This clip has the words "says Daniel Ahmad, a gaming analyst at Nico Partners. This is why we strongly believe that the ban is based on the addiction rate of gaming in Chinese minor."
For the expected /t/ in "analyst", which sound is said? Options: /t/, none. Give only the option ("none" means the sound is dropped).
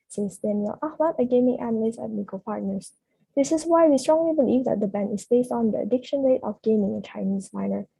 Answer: none